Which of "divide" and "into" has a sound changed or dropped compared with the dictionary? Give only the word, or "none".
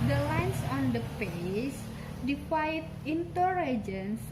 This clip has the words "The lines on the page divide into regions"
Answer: divide